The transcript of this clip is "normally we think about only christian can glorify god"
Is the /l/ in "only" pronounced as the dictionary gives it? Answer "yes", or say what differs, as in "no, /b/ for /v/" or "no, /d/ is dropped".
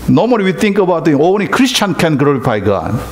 no, /l/ is dropped